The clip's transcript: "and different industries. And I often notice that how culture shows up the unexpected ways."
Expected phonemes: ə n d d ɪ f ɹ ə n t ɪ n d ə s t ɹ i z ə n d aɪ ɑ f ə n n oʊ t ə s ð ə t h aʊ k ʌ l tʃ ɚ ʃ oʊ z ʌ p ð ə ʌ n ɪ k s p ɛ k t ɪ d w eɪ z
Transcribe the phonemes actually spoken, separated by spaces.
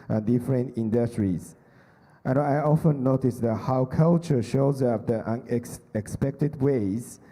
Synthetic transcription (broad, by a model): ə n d d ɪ f ɹ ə n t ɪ n d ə s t ɹ i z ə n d aɪ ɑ f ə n n oʊ t ə s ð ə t h aʊ k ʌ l tʃ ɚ ʃ oʊ z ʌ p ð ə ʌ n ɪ k s p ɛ k t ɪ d w eɪ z